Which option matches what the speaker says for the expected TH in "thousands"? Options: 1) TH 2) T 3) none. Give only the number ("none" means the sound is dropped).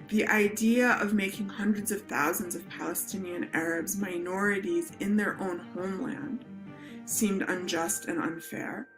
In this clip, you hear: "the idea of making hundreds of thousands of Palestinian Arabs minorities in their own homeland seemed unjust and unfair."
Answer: 1